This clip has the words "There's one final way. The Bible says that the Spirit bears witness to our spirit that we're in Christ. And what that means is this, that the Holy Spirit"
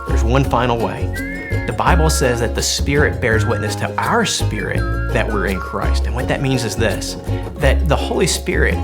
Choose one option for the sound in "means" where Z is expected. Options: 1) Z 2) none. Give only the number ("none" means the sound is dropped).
1